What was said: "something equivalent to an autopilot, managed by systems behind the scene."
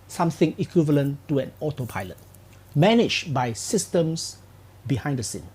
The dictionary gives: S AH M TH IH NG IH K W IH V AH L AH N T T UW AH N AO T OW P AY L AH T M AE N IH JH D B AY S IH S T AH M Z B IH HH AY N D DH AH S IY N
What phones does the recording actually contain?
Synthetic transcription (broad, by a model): S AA M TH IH NG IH K W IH V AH L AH N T T UW AH N AO T OW P AY L AH T M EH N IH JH B AY S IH S T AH M S B IH HH AY N D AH S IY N